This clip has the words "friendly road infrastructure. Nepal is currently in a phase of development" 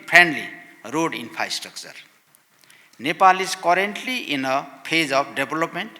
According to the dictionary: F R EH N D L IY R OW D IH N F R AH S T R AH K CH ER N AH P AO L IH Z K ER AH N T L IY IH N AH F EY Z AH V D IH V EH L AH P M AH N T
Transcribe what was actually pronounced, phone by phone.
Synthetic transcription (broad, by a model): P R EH N D L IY R OW D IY N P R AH S T R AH K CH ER N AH P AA L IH S K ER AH N T L IY IH N AH P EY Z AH P D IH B L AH P M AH N T